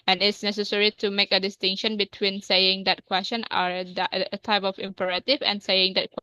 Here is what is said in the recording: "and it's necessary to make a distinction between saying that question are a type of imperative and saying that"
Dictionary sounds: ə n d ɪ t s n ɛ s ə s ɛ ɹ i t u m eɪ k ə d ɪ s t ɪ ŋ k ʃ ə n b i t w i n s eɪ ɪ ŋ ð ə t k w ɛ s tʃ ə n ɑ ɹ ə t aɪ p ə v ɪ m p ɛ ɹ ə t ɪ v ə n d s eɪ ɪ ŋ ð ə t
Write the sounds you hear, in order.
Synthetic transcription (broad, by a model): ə n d ɪ t s n ɛ s ə s ɛ ɹ i t u m eɪ k ə d ɪ s t ɪ ŋ k ʃ ə n b i t w i n s eɪ ɪ ŋ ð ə t k w ɛ s tʃ ə n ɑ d ə t aɪ p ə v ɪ m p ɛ ɹ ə t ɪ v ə n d s eɪ ɪ ŋ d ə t